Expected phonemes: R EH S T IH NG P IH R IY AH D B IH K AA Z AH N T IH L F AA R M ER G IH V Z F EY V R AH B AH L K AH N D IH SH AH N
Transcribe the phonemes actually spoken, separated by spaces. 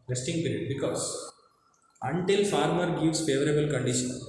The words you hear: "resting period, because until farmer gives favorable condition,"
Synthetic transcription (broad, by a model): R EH S T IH NG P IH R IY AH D B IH K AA S AH N T IH L F AA R M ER G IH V S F EY V R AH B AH L K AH N D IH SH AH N